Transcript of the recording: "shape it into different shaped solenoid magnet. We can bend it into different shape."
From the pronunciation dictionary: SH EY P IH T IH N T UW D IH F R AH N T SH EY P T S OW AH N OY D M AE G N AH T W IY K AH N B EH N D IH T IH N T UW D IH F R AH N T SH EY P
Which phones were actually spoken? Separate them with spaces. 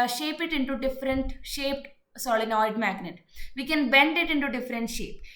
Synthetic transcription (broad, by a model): SH EY P IH T IH N T UW D IH F R AH N T SH EY P S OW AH N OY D M AE G N AH T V IY K AH N B EH N D IH T IH N T UW D IH F R AH N T SH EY P